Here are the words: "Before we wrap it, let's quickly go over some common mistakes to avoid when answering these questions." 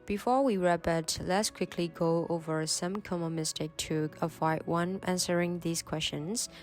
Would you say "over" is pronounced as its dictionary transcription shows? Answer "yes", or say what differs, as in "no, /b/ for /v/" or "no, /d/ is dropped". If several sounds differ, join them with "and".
yes